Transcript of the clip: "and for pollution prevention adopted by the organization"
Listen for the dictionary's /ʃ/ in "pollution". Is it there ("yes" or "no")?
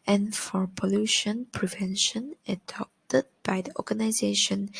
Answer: yes